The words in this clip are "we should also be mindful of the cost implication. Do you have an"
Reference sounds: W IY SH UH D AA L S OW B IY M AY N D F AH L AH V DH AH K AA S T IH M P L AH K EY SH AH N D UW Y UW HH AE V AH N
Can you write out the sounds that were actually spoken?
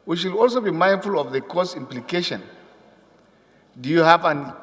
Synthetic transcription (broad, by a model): W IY SH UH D AA L S OW B IY M AY N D F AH L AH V DH AH K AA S IH M P L AH K EY SH AH N D UW Y UW HH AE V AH N